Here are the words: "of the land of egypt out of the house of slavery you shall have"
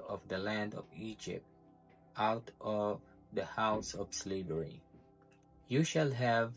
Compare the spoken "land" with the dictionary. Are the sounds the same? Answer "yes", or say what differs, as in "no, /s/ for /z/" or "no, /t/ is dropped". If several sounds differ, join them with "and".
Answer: yes